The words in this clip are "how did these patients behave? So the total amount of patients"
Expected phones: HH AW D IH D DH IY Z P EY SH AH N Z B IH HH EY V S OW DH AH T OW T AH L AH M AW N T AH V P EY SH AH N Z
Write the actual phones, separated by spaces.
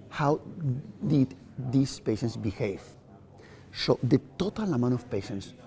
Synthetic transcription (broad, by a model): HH AW D IH D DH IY S P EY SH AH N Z B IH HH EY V S OW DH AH T OW T AH L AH M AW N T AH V P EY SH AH N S